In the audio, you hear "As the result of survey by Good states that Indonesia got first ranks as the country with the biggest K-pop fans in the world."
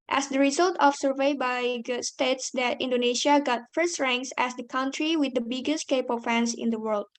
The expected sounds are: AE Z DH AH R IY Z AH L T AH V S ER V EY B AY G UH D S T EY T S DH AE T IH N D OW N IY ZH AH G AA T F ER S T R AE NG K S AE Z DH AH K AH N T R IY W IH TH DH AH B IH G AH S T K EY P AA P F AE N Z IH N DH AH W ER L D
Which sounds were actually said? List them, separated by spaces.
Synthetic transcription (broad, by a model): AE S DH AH R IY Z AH L T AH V S ER V EY B AY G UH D S T EY T S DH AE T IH N D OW N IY SH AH G AA T F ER S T R AE NG K S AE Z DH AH K AH N T R IY W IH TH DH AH B IH G AH S T K EY P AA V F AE N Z IH N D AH W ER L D